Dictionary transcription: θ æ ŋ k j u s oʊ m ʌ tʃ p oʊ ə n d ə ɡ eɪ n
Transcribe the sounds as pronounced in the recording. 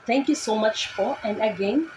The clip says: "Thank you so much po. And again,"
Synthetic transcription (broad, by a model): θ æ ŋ k j u s oʊ m ʌ tʃ f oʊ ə n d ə ɡ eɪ n